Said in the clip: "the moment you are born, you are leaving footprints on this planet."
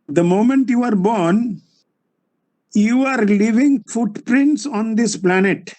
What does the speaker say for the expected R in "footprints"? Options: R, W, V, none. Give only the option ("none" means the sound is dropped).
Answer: R